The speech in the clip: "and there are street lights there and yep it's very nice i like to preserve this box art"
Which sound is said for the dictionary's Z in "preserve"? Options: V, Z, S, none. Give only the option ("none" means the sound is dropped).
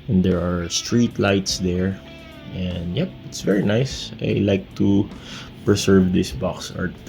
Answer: S